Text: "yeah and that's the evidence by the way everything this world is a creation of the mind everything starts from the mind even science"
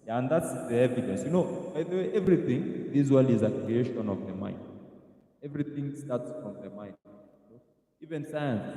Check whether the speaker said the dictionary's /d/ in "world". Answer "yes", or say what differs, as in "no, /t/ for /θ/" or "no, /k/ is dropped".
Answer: no, /d/ is dropped